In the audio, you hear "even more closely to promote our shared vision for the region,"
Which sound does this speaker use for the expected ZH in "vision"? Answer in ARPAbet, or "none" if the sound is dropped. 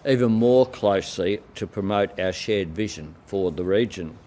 ZH